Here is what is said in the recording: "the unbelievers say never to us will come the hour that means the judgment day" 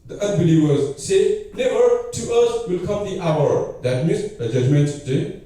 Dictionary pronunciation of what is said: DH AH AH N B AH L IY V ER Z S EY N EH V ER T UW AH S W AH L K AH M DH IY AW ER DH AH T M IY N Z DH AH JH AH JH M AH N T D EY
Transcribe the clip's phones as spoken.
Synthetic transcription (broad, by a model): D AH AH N B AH L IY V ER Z S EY L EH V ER T UW AH S W AH L K AH M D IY AW ER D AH T M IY N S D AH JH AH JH M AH N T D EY